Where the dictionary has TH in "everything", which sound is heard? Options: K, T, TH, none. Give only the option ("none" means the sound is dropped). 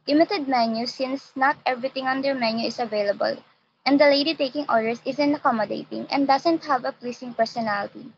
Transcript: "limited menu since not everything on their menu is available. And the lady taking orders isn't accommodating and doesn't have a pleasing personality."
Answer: T